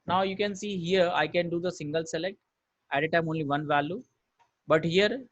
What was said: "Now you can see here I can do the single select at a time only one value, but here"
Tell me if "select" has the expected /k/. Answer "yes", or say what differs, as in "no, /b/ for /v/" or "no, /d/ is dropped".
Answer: yes